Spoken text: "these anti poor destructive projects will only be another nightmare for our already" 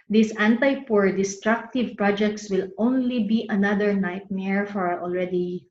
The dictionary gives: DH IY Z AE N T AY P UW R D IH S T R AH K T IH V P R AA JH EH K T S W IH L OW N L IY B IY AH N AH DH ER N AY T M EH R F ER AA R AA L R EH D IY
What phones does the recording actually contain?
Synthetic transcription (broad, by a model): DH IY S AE N T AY P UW R D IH S T R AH K T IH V P R AA JH EH K T S W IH L OW N L IY B IY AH N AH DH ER N AY T M EH R F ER AA R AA L R EH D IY